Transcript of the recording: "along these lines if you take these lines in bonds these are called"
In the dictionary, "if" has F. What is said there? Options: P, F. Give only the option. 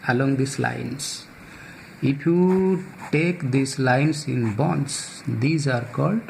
P